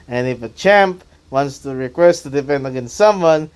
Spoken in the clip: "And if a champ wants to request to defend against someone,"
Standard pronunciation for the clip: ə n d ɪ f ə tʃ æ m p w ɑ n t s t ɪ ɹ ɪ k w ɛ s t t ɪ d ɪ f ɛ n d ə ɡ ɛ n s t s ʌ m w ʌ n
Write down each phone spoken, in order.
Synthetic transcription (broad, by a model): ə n ɪ f ə tʃ æ m p w ɑ n t s t ɪ ɹ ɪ k w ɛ s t t ɪ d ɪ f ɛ n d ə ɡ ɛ n s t s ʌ m w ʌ n